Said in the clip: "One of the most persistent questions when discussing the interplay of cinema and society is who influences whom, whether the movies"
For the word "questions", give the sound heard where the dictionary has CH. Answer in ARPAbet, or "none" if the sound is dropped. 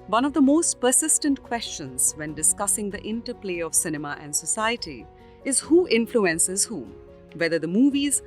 CH